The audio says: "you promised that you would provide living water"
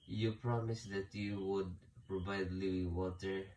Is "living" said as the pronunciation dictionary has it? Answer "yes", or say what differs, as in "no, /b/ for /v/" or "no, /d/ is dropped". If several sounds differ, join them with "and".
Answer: no, /v/ is dropped